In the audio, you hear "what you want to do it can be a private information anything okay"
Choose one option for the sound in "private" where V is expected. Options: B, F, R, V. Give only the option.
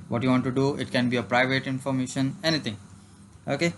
V